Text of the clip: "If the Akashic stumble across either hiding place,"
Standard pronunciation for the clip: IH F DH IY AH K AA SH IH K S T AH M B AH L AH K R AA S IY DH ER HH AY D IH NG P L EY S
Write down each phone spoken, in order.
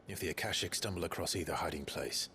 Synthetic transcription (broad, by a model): IH F DH IY AH K AA SH IH K S T AH M B AH L AH K R AA S IY DH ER HH AY D IH NG P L EY S